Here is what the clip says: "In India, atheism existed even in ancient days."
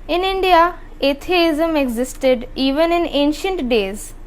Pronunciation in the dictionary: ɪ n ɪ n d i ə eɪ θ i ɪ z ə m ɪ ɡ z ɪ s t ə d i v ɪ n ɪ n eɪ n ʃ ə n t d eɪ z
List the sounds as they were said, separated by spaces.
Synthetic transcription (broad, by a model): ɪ n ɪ n d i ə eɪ t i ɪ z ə m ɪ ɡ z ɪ s t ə d i v ɪ n ɪ n eɪ n ʃ ə n t d eɪ z